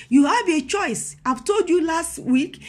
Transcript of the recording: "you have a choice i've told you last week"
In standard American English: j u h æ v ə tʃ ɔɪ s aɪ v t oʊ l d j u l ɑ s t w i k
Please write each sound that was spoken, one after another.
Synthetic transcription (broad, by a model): j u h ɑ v ə tʃ ɔɪ s aɪ v t oʊ l d j u l ɑ s t w i k